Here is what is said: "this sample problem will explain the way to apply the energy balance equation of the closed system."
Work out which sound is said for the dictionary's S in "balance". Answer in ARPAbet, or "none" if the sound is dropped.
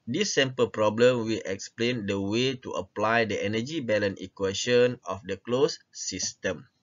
none